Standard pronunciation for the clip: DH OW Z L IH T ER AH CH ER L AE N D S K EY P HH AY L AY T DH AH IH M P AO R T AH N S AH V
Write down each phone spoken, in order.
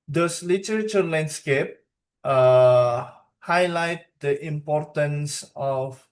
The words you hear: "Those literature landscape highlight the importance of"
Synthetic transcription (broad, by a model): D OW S L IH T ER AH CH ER L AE N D S K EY P HH AY L AY T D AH IH M P AO R T AH N S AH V